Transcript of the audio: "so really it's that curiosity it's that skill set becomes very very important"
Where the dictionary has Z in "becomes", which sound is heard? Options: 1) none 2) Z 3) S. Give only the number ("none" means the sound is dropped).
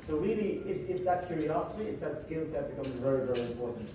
2